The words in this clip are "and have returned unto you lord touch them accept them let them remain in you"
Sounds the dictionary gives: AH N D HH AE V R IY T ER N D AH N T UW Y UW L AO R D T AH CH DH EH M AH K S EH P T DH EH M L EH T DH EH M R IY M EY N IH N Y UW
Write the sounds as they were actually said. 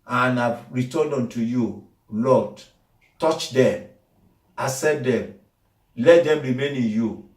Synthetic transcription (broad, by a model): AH N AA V R IY T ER N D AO N T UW Y UW L AO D T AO CH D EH M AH S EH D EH M L EH T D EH M R IY M EY N IH N Y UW